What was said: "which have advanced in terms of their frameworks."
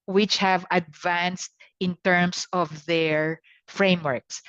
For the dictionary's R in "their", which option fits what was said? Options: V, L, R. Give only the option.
R